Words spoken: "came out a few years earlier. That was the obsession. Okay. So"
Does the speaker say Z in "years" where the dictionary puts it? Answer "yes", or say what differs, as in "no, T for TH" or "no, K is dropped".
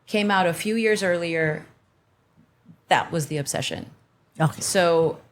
yes